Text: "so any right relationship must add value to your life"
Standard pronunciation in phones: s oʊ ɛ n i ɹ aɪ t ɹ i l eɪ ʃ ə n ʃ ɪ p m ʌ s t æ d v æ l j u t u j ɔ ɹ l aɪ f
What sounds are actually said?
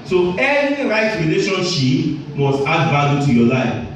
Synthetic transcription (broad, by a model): s oʊ ɛ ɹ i ɹ aɪ t ɹ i l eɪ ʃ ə n ʃ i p m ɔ s t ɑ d b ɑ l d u t u j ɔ l aɪ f